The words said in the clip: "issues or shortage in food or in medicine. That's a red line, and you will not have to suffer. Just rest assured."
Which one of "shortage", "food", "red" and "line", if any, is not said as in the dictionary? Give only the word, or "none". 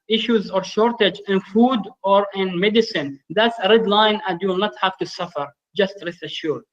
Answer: none